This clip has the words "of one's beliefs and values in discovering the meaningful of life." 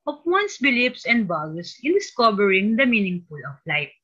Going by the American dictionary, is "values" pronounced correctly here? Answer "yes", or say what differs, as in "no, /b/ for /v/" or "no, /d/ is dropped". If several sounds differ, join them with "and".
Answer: no, /b/ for /v/